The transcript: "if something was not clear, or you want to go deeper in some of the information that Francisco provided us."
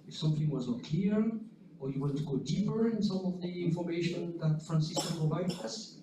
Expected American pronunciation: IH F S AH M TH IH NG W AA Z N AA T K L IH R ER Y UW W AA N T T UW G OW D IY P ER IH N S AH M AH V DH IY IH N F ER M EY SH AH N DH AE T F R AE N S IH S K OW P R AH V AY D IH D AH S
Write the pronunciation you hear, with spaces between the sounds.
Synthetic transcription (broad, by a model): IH F S AH M TH IH NG W AA Z N AA T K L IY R ER Y UW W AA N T T UW G OW D IY P ER IH N S AH M AH V DH IY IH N F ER M EY SH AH N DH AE T F R AE N S IH S K OW P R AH V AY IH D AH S